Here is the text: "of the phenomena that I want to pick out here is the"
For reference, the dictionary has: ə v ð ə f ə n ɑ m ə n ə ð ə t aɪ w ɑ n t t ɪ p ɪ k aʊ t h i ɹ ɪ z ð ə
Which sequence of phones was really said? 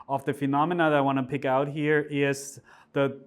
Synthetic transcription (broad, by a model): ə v ð ə f ə n ɑ m ə n ə ð ə t aɪ w ɑ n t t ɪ p ɪ k aʊ t h i ɹ ɪ z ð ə